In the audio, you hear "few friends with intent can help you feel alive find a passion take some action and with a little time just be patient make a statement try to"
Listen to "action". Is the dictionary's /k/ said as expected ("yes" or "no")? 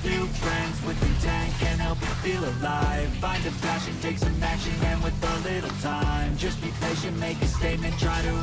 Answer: no